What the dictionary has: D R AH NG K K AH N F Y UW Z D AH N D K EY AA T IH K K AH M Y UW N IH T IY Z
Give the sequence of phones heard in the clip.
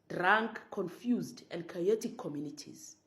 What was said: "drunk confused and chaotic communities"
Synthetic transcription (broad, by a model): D R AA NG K K AH N F Y UW Z D AH N D K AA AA T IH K K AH M Y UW N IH T IY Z